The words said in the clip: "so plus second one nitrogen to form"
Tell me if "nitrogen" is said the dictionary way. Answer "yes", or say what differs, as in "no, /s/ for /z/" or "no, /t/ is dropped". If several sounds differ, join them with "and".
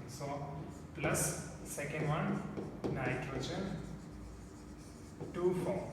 no, /tʃ/ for /dʒ/